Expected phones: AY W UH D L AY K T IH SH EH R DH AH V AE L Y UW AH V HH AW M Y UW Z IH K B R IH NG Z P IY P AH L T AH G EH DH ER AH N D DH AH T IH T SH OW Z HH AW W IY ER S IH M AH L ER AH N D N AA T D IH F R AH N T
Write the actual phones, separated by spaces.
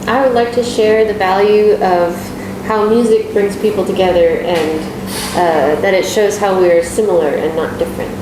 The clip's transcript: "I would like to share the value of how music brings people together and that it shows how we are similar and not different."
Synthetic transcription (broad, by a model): AY W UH D L AY K T IH SH EH R DH AH V AE L Y UW AH V HH AW M Y UW Z IH K B R IH NG Z P IY P L T AH G EH DH ER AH N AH DH AH T IH T SH OW Z HH AW W IY ER S IH M L ER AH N N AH T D IH F R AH N T